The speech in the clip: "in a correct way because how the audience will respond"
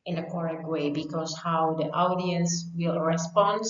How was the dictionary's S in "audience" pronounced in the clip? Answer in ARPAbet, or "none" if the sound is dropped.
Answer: S